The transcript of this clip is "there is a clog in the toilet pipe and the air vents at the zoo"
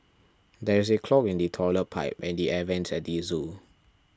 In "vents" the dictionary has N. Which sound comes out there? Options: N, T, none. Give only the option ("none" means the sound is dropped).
N